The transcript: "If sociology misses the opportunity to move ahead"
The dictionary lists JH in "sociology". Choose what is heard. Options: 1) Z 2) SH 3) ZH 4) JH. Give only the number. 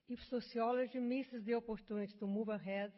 3